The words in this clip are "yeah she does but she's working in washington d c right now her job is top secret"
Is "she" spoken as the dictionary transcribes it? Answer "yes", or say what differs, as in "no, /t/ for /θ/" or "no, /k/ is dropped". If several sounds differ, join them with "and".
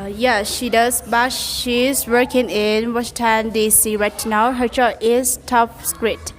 yes